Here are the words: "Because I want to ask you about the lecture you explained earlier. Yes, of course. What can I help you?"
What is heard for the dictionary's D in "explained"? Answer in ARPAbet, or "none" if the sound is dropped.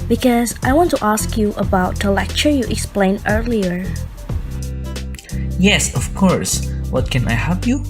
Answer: none